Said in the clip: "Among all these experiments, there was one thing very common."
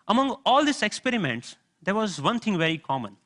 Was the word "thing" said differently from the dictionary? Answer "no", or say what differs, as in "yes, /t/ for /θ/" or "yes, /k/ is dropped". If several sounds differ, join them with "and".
yes, /t/ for /θ/